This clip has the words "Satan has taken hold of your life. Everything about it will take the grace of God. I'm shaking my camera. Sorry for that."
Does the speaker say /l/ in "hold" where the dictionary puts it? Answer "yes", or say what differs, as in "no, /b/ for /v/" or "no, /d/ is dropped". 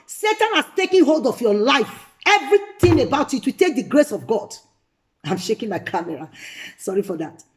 yes